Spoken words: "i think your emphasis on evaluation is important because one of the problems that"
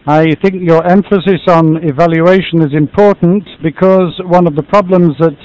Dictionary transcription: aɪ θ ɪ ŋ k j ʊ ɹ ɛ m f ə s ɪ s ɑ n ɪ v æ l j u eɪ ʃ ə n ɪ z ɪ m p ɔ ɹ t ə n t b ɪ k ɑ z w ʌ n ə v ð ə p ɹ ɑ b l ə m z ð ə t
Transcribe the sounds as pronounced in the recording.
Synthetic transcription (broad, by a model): aɪ θ ɪ ŋ k j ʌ ɹ ɛ m f ə s ɪ s n ɪ v æ l j u eɪ ʃ ə n ɪ z ɪ m p ɔ ɹ t n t b ɪ k ɑ z w ʌ n ə v ð ə p ɹ ɑ b l ə m z ð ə t